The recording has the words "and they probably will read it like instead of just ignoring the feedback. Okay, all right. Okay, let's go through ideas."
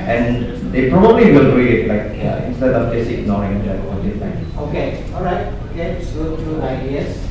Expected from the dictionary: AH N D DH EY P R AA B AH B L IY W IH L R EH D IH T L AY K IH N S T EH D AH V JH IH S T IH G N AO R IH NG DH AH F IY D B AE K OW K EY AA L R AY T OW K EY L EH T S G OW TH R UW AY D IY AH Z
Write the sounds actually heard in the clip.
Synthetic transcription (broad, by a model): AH N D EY P R AA B AH B L IY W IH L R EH IH T L AY K IH N S T EH D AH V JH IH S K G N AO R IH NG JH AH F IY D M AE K OW K EY AA L R AY T L EH T S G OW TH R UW AY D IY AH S